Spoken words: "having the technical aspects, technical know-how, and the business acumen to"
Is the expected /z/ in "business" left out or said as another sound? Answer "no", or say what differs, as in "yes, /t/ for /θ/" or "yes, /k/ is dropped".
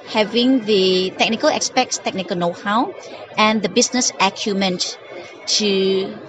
yes, /s/ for /z/